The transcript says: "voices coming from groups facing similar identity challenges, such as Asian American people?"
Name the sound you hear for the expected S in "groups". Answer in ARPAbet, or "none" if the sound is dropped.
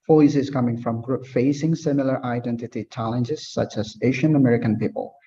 none